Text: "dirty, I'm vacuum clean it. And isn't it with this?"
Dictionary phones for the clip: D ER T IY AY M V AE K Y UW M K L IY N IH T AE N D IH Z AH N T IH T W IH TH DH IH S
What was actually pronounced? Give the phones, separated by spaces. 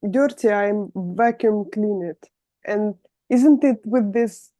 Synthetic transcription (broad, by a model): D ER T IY AY M V AE K Y UW M K L IY N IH T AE N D IH Z AH N T IH T W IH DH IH S